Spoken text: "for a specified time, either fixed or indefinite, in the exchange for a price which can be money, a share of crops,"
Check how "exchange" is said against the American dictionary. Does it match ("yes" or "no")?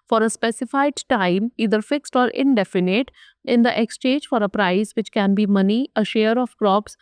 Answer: no